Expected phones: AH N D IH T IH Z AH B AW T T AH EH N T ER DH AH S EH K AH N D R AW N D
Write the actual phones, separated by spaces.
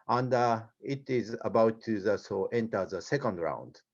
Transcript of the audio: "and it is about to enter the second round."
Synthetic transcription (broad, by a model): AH N D IH T IH Z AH B AW T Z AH EH N T ER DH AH S EH K AH N D R AW N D